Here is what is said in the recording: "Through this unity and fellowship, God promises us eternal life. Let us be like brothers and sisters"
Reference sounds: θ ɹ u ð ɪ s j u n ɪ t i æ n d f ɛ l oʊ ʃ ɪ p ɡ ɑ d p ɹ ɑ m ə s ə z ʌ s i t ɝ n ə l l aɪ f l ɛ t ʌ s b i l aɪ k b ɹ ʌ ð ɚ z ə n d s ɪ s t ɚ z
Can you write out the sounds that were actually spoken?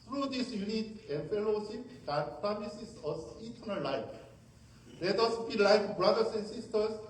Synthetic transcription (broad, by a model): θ ɹ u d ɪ s j u n ɪ t i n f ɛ l oʊ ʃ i p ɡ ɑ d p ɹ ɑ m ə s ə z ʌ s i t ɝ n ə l l aɪ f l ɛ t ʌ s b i l aɪ k b ɹ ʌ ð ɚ s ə n s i s t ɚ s